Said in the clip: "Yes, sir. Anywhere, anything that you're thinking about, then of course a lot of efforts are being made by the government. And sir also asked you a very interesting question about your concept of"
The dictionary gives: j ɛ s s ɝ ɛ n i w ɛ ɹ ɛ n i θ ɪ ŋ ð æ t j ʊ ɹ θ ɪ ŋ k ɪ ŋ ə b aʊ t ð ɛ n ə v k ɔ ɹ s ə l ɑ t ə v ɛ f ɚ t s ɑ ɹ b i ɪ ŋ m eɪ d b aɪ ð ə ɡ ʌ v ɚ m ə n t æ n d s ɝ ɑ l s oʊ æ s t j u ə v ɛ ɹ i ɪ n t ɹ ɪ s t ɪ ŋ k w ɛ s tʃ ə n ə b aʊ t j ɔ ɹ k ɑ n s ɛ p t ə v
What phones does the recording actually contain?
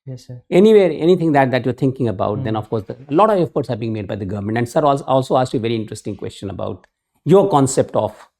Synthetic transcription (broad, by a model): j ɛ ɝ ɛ n i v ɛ ɹ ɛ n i t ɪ ŋ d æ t j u ɹ t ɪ ŋ k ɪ ŋ ə b aʊ t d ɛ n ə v k ɔ ɹ s ə l ɑ t ə v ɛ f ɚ t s ɑ ɹ b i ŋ m eɪ d b aɪ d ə ɡ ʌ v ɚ m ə n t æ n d s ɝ ɑ l s oʊ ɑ s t j u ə v ɛ ɹ i ɪ n t ɹ ɪ s t ɪ ŋ k w ɛ s tʃ ə n ə b aʊ t j ɔ ɹ k ɑ n s ɛ p t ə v